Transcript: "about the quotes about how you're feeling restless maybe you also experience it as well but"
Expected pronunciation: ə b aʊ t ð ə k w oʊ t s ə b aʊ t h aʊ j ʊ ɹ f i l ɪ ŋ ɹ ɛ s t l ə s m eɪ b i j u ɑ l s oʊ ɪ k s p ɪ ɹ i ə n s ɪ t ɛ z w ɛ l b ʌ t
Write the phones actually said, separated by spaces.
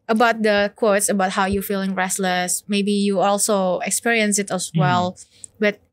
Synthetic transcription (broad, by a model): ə b aʊ t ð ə k w oʊ t s ə b aʊ t h aʊ j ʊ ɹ f i l ɪ ŋ ɹ ɛ s t l ə s m eɪ b i j u ɑ l s oʊ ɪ k s p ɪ ɹ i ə n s ɪ t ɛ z w ɛ l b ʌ t